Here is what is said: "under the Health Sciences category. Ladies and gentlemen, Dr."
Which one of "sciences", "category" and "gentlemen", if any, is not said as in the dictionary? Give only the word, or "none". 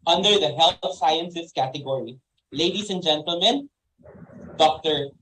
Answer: sciences